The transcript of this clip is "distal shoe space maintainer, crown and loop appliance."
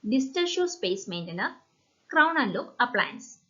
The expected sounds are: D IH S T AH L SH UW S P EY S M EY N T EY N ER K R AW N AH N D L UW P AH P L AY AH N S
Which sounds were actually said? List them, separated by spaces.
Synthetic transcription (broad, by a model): D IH S T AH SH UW S P EY S M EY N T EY N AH K R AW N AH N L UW AH P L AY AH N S